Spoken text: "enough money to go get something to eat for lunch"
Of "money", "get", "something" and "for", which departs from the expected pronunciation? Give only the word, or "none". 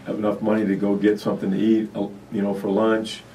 none